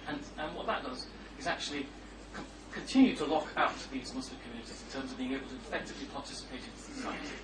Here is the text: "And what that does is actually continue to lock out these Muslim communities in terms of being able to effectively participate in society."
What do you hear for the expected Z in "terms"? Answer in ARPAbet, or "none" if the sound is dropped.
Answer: Z